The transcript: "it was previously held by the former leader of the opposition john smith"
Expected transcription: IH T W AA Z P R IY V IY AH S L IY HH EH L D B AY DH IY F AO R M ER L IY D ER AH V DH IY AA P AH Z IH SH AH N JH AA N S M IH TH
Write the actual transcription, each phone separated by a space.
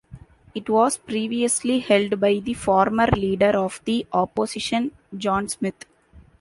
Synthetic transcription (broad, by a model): IH T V AA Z P R IY V IY AH S L IY HH EH L D B AY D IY F AO R M ER L IY D ER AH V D IY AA P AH S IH SH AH N JH AA N S M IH T